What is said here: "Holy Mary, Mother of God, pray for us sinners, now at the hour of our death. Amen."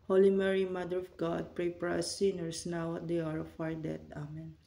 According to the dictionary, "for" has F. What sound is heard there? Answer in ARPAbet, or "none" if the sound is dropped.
P